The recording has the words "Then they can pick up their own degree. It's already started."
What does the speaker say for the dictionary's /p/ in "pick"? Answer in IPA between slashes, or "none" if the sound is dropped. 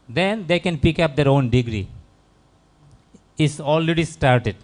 /p/